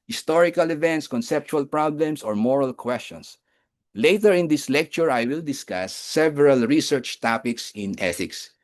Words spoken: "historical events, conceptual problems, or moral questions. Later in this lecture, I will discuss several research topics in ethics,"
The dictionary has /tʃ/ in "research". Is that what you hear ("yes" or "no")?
yes